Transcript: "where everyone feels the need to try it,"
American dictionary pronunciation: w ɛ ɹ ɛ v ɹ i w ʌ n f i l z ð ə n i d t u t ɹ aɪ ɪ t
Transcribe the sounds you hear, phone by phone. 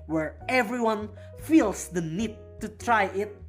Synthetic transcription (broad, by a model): w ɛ ɹ ɛ v ɹ i w ʌ n f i l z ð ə n i d t u t ɹ aɪ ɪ t